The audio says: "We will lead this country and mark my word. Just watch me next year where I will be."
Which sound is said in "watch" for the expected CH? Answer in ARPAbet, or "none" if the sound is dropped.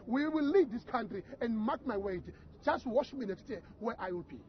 SH